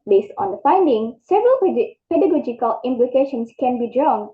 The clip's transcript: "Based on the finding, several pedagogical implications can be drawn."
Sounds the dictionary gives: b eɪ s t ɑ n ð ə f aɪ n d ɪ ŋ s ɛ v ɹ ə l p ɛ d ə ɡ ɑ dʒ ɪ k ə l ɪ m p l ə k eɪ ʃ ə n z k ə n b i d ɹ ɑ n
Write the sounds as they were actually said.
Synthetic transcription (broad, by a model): b eɪ s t ɑ n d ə f aɪ n d ɪ ŋ s ɛ v ɹ ə l p ɛ d ə ɡ ɑ dʒ ɪ k ə l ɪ m p l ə k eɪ ʃ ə n s k ə n b i d ɹ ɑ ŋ